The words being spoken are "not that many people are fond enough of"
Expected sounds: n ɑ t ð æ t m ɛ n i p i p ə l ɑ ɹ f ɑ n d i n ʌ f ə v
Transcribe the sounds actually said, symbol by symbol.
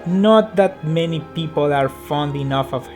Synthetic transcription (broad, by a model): n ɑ t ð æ t m ɛ n i p i p ə l ɑ ɹ f ɑ n d i n ʌ f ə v